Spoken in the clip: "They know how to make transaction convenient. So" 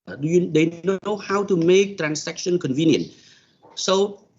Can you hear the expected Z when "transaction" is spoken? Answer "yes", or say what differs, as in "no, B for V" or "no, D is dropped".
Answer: no, S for Z